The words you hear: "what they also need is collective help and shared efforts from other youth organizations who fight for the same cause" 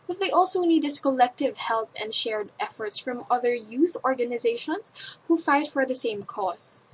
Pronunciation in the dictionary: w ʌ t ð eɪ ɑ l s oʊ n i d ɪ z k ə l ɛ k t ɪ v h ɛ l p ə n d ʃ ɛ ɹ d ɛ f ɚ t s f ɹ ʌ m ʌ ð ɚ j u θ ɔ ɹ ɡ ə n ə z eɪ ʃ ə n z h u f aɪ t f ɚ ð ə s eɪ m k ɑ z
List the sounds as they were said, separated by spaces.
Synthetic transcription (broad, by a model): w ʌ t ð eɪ ɑ l s oʊ n i d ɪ s k ə l ɛ k t ɪ v h ɛ l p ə n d ʃ ɛ ɹ d ɛ f ɚ t s f ɹ ʌ m ʌ ð ɚ j u θ ɔ ɹ ɡ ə n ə z eɪ ʃ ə n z h u f aɪ t f ɚ ð ə s eɪ m k ɑ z